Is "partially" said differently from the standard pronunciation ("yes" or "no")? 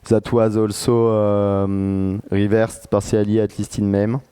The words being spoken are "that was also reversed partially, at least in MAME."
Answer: yes